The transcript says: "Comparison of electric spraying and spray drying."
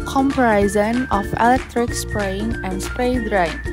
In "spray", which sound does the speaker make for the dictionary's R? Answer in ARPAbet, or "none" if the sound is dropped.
none